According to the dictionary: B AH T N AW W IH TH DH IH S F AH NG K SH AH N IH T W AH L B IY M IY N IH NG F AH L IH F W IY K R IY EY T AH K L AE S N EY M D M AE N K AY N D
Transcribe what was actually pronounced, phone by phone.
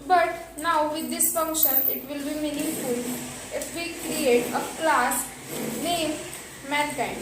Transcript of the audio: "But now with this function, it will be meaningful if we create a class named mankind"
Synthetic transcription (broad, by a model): B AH T N AW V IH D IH S F AH NG K SH AH N IH T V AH L B IY M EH N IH F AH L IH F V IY K R IY EY T AH K L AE S N EY M M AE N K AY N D